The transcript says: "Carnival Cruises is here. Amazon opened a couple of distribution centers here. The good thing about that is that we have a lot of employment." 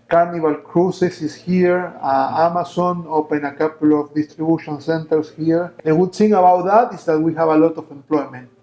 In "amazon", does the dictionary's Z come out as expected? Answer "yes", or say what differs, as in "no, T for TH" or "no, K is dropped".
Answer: no, S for Z